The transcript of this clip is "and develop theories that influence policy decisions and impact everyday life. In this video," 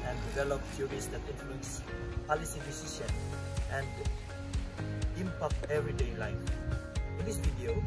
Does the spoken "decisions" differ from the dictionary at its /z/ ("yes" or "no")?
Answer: yes